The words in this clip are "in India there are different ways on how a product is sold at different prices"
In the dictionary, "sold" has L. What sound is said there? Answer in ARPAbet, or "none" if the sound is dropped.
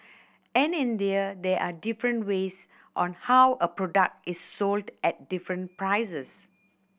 L